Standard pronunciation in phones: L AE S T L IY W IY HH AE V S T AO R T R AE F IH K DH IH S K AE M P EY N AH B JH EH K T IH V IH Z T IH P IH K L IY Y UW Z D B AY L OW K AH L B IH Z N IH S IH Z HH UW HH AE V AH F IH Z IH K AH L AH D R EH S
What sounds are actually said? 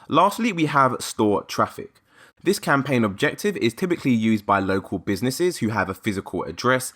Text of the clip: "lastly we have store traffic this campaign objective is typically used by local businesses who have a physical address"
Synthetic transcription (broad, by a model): L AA S T L IY W IY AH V S T AO T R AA F IH K DH IH S K AE M P EY N AH B JH EH K T IH V IH Z T IH P IH K L IY Y UW Z B AY L OW K AH L B IH Z N IH S IH Z HH UW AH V AH F IH Z IH K AH L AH D R EH S